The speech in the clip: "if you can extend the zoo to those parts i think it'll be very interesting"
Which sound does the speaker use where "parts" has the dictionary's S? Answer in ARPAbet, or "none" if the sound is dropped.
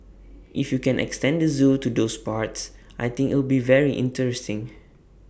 S